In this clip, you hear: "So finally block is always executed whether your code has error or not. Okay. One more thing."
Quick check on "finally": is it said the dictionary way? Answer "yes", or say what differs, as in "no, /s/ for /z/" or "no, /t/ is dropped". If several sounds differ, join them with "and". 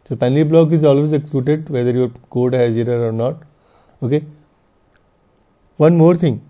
no, /p/ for /f/